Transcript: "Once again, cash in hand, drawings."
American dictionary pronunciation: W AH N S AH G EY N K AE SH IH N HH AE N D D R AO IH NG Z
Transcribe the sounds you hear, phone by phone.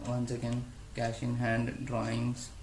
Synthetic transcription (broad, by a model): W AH N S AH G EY N K AE SH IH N HH AE N D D R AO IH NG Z